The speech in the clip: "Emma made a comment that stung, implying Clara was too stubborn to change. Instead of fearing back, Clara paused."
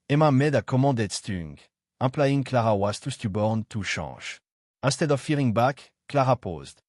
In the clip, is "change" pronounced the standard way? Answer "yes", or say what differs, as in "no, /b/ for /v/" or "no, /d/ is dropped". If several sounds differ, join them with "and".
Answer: no, /ʃ/ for /tʃ/